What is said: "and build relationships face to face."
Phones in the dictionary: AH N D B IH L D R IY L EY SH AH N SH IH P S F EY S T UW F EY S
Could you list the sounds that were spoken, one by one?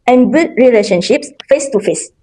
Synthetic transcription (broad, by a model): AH N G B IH D R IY L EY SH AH N SH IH P S F EY S T UW F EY S